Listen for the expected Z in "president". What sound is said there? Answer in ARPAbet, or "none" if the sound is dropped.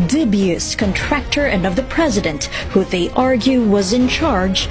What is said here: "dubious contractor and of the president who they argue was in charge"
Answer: Z